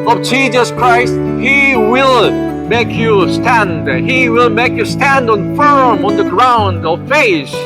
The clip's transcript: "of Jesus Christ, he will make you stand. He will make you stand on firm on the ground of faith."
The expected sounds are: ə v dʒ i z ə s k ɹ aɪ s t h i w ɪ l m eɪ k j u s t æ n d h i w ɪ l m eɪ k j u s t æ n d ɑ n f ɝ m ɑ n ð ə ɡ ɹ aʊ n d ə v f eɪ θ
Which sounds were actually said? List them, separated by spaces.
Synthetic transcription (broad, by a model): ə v dʒ i z ə s k ɹ aɪ s t h i w ɪ l m eɪ k j u s t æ n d h i w ɪ l m eɪ k j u s t æ n d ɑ n f ɝ m ɑ n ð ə ɡ ɹ aʊ n d ə v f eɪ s